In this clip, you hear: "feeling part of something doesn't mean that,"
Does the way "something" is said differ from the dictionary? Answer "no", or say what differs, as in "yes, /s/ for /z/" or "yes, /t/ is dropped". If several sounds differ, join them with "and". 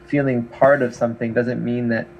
no